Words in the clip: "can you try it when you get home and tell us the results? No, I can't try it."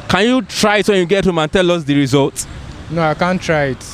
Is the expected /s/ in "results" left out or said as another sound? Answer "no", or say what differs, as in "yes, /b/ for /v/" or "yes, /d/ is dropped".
yes, /s/ is dropped